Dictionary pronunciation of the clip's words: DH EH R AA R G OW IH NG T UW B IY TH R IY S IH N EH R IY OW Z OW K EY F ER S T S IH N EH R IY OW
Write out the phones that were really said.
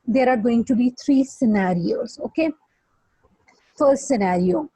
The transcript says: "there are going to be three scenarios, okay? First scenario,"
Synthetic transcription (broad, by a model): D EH R AA R G OW IH NG T UW B IY T R IY S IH N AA R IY OW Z OW K EY F ER S T S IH N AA R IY OW